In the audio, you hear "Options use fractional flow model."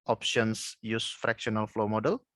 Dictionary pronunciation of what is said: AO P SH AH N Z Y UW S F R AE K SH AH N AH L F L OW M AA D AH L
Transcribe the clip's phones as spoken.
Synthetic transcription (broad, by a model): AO P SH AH N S Y UW S F R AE K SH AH N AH L F L OW M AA D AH L